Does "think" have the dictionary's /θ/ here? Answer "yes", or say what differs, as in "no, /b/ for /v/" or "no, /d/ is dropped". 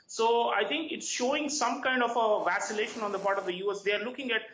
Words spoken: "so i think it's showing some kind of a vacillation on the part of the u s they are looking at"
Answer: no, /t/ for /θ/